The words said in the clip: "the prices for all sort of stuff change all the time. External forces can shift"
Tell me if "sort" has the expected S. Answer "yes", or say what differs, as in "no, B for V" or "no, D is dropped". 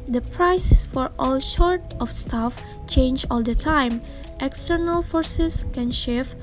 no, SH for S